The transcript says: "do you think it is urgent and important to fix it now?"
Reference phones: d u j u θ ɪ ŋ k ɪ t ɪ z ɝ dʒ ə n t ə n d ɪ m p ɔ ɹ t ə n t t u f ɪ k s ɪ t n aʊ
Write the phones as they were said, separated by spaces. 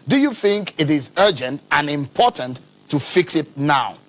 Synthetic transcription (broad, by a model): d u j u θ ɪ ŋ k ɪ t ɪ z ɝ dʒ ə n t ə n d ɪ m p ɔ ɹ t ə n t t u f ɪ k s ɪ t n aʊ